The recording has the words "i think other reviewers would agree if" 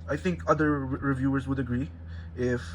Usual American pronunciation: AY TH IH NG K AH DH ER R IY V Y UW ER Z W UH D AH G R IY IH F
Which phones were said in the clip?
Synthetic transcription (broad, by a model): AY TH IH NG K AH DH ER R IY V Y UW ER Z W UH D AH G R IY IH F